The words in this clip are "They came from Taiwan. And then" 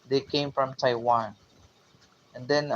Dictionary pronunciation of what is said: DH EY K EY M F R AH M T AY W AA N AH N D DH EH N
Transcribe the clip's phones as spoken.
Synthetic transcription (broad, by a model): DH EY K EY M F R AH M T AY W AA N AH N D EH N